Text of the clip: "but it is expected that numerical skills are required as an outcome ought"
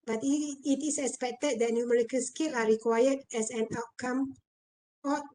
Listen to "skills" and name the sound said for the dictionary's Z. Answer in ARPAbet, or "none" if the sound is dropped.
none